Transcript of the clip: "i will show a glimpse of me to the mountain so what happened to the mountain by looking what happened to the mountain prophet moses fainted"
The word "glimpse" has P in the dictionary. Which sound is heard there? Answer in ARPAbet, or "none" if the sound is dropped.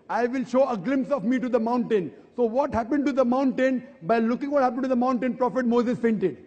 P